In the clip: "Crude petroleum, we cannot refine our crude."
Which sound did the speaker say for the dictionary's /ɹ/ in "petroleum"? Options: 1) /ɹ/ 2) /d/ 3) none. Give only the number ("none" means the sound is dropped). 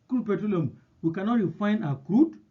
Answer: 3